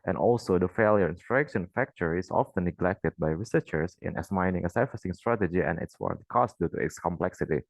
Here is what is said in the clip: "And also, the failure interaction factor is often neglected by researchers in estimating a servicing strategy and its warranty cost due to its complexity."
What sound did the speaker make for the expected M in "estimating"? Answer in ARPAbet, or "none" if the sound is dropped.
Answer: none